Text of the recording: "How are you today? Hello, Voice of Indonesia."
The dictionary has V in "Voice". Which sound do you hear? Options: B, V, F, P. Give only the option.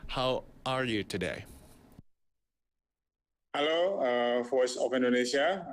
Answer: F